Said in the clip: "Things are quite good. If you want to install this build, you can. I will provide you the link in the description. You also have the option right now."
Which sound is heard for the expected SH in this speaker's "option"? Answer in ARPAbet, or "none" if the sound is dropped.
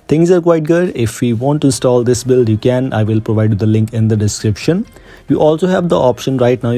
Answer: SH